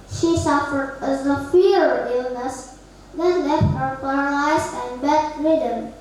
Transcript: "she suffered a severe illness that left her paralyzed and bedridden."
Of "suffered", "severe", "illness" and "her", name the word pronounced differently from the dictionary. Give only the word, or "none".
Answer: severe